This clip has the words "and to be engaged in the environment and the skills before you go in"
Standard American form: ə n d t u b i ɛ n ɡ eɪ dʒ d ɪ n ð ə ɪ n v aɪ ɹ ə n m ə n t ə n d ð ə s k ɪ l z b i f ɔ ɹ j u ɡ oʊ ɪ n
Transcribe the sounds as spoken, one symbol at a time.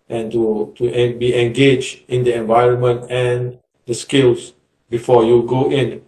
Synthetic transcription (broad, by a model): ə n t t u b i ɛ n ɡ eɪ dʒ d ɪ n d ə ɪ n v aɪ ɹ ə n m ə n t ə n d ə s k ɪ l s b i f ɔ j u ɡ oʊ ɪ n